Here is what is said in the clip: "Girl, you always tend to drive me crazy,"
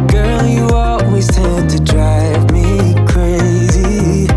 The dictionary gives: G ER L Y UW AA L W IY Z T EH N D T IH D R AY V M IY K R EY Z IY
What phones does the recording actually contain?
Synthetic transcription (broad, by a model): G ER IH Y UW AA L W IY Z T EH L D T IH D R AY V M IY K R EY Z IY